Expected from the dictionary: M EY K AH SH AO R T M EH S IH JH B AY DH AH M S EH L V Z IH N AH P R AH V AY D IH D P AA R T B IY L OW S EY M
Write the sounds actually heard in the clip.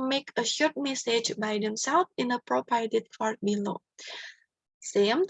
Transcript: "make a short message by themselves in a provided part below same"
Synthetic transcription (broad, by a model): M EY K AH SH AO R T M EH S IH JH B AY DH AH M S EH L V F IH N AH P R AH P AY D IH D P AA R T B IY L OW S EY M